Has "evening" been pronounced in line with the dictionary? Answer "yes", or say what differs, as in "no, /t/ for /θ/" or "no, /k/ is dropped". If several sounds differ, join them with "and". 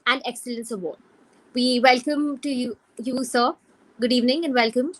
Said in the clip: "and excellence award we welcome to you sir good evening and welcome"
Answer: yes